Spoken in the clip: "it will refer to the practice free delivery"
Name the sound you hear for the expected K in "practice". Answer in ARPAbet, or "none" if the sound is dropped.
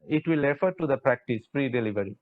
K